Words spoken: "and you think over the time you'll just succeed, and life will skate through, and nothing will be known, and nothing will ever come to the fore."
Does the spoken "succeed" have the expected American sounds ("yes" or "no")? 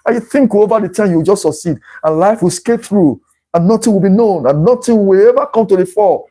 yes